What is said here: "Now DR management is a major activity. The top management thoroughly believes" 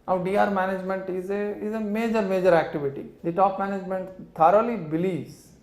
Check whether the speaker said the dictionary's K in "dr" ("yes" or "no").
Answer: no